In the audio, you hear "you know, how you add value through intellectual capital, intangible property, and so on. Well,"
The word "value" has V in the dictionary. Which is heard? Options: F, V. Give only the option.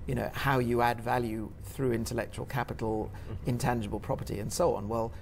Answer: V